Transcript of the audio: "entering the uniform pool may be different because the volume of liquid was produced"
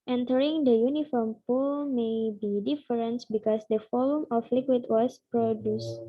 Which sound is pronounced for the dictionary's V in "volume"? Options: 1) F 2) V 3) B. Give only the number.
1